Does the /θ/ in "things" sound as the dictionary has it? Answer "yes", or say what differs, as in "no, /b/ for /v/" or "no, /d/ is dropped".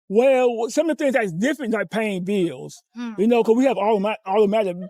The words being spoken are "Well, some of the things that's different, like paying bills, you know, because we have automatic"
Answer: yes